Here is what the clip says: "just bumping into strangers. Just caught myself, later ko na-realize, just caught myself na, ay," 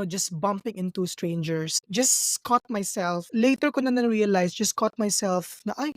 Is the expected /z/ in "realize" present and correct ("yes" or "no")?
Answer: no